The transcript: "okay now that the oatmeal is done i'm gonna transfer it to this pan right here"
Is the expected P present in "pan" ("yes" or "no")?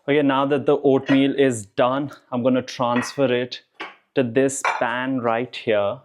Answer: no